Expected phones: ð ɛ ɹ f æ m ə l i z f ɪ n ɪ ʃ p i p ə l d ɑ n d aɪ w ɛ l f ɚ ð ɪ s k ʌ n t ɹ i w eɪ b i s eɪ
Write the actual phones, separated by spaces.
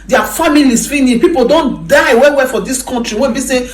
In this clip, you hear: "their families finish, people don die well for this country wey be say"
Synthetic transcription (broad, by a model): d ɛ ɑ f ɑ m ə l i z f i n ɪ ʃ p i p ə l d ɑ n d aɪ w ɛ w f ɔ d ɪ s k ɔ n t ɹ i w eɪ b i s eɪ